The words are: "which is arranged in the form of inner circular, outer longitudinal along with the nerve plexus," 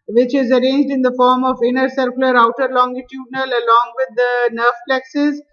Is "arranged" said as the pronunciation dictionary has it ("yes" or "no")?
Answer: yes